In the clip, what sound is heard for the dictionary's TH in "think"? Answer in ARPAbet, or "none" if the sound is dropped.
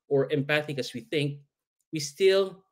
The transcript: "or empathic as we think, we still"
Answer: TH